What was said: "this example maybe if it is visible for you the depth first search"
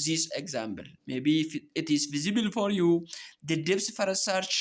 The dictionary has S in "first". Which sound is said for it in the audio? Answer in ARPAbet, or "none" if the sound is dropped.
none